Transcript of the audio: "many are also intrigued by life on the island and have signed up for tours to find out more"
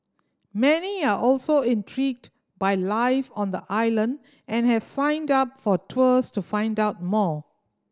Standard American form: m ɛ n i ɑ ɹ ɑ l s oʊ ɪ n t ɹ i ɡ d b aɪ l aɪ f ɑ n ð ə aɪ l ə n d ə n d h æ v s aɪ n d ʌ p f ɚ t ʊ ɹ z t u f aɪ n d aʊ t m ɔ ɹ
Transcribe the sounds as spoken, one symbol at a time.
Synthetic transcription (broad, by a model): m ɛ n i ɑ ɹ ɑ l s oʊ ɪ n t ɹ i ɡ d b aɪ l aɪ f ɑ n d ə aɪ l ə n d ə n h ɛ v s aɪ n d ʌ p f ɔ t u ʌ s t u f aɪ n d aʊ t m ɔ